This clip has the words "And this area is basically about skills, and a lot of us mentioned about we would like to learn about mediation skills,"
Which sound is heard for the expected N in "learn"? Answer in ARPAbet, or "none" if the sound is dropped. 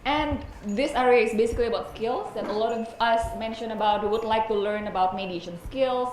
N